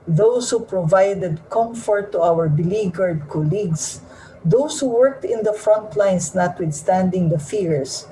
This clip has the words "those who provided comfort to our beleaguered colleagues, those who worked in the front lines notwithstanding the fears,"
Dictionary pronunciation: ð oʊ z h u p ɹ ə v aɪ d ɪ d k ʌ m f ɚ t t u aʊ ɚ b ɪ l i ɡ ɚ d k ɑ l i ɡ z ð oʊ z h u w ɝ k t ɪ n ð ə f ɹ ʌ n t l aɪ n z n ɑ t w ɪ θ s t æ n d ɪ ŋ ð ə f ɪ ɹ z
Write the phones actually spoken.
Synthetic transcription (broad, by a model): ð oʊ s h u p ɹ ə v aɪ d ɪ d k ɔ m f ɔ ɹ t u aʊ ɚ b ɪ l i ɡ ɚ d k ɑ l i ɡ s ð oʊ s h u w ɝ k t ɪ n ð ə f ɹ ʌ n t l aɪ n s n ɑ t w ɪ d s t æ n d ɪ ŋ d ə f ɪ ɹ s